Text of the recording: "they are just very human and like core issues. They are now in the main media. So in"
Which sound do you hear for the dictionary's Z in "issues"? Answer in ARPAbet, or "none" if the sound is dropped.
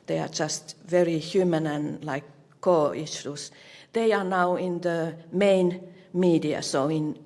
S